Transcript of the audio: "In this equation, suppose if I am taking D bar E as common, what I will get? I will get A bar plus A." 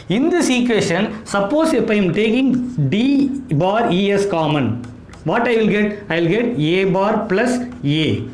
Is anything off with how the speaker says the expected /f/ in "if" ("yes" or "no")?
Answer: yes